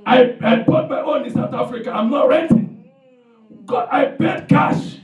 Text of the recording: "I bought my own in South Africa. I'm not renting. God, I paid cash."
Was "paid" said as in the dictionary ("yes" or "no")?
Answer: no